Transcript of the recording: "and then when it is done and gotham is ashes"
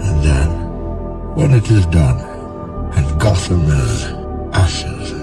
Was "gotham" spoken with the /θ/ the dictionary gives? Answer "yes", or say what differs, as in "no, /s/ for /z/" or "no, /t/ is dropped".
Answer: no, /t/ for /θ/